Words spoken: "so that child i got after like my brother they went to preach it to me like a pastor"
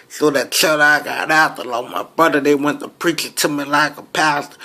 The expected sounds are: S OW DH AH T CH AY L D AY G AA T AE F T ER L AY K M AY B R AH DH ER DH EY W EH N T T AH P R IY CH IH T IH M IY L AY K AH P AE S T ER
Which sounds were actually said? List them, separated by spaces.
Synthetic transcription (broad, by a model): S OW DH AH T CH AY D AY G AA T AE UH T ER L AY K M AY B AH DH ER DH EY W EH N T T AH P R IY CH IH T IH M IY L AY K AH P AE S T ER